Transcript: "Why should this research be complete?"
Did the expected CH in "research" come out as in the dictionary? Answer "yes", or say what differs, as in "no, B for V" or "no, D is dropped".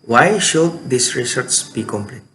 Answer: no, S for CH